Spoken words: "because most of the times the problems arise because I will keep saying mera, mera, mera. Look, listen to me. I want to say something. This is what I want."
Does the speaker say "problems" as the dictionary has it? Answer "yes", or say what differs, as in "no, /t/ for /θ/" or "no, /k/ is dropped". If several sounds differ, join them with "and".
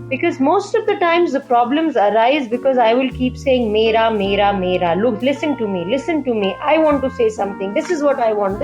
yes